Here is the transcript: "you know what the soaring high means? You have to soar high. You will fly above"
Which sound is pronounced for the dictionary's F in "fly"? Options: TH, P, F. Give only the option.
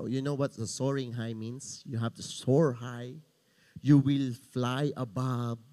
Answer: F